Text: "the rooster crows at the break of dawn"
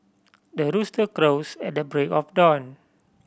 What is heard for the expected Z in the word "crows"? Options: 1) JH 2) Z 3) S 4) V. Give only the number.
3